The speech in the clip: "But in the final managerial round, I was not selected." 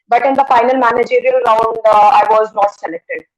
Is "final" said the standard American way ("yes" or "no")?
yes